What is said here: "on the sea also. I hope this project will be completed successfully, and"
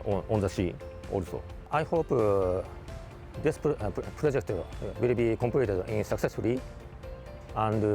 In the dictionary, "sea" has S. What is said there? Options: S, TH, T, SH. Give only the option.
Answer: SH